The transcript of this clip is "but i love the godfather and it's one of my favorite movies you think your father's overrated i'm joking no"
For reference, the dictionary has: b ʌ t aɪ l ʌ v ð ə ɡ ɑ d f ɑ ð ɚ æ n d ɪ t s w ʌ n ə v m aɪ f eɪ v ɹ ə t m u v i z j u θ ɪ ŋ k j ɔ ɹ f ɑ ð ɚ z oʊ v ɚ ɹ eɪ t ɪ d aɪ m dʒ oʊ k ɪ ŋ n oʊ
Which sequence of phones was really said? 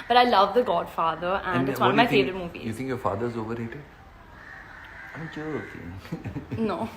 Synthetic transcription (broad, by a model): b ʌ t aɪ l ʌ v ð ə ɡ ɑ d f ɑ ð ɚ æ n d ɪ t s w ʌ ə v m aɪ f eɪ v ɹ ə t m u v i j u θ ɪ ŋ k j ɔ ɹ f ɑ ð ɚ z oʊ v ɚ ɹ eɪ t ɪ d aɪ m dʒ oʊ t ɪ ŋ n oʊ